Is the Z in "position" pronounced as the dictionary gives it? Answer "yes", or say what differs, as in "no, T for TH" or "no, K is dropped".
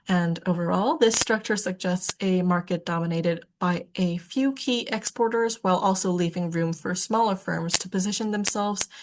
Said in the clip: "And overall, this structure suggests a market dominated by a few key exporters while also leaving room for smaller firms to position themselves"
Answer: yes